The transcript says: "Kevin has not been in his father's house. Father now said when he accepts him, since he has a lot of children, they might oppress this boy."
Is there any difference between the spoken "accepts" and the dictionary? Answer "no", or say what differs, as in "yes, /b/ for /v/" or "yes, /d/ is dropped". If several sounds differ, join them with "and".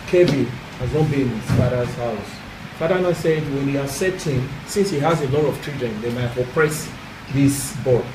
yes, /k/ is dropped and /p/ is dropped and /s/ is dropped